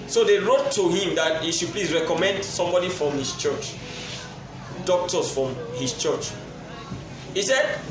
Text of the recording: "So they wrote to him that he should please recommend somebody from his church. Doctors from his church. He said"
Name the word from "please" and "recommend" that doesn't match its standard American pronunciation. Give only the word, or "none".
please